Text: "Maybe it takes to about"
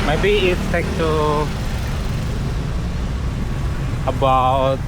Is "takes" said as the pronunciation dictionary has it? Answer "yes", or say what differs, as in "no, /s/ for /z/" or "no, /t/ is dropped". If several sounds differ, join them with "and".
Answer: no, /s/ is dropped